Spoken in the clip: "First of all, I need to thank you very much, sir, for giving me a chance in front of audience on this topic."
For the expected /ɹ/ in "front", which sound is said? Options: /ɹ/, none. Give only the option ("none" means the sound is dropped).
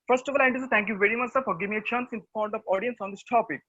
none